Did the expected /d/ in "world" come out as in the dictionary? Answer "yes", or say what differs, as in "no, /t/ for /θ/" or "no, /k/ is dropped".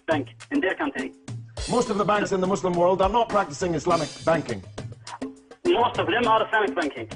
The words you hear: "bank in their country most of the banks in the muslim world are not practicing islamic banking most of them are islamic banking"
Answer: yes